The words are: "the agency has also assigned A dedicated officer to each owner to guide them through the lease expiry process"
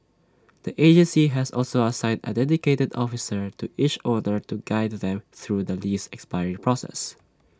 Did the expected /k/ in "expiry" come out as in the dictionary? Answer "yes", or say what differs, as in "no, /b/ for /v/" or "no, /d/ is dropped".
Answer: yes